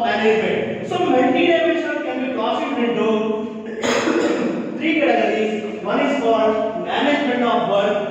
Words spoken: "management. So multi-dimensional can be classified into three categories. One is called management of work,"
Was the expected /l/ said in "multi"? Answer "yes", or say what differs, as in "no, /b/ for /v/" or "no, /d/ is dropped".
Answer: no, /n/ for /l/